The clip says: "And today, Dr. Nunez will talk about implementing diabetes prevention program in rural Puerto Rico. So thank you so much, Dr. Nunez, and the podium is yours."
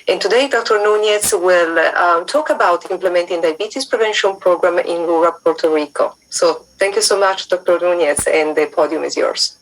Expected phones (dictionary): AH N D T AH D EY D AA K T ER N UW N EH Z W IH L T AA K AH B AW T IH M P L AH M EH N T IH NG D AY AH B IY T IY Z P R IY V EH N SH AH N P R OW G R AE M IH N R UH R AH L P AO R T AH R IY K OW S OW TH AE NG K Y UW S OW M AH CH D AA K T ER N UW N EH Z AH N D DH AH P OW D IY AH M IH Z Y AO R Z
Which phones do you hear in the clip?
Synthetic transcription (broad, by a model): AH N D T AH D EY D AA K T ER N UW N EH S W IH L T AA K AH B AW T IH M P L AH M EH N T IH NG D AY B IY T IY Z P R IY V EH N SH AH N P R OW G R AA M IH N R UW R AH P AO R T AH R IY K OW S OW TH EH NG K Y UW S OW M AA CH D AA K T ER N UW N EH S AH N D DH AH P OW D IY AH M IH Z Y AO R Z